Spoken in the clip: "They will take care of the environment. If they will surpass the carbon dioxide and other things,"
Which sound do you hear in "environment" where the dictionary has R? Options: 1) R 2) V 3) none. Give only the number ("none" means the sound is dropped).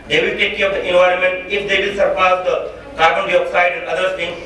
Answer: 1